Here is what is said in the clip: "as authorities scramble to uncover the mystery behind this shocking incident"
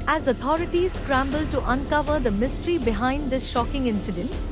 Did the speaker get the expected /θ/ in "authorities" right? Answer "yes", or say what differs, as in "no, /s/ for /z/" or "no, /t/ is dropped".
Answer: no, /t/ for /θ/